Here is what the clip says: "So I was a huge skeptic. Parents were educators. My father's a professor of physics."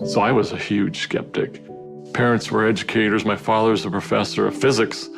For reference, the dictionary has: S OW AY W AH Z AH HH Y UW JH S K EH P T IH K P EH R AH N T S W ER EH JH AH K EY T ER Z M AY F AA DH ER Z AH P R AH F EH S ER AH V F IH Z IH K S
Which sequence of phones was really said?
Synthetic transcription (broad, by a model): S OW AY W AH Z AH HH Y UW JH S K EH P T IH K P EH R AH N T S W ER EH JH AH K EY T ER Z M AY F AA DH ER Z AH P R AH F EH S ER AH V F IH Z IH K S